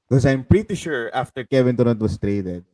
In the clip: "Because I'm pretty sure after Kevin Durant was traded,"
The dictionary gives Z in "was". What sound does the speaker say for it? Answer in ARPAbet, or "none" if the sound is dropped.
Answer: S